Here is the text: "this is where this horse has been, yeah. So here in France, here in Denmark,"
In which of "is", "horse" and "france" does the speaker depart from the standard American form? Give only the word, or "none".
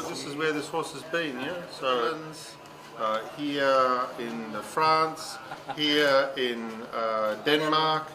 none